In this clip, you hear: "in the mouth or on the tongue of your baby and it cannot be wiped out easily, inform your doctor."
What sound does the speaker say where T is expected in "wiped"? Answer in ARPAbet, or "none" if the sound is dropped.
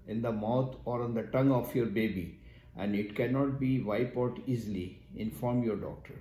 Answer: none